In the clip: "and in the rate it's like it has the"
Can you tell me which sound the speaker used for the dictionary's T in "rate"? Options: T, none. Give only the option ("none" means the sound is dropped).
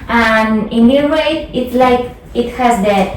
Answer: none